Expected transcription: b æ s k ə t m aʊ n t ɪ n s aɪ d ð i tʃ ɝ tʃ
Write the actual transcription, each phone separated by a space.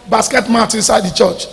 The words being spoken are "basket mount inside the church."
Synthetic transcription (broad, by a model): b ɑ s k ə t m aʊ t ɪ n s aɪ d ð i tʃ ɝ tʃ